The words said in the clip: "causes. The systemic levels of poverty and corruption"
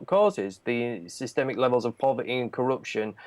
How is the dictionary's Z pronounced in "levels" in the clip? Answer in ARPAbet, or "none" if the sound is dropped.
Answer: Z